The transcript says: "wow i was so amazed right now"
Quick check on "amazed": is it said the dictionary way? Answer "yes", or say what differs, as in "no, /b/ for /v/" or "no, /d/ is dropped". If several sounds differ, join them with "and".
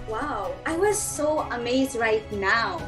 yes